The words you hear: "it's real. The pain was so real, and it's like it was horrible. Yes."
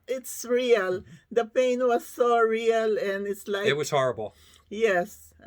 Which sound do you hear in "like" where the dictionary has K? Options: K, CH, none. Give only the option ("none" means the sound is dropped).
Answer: none